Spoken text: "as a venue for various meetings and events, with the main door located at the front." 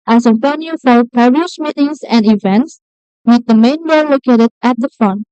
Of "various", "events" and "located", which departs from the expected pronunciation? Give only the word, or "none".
various